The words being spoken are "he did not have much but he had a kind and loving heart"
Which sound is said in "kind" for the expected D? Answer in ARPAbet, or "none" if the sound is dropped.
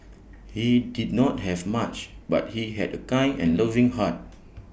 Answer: none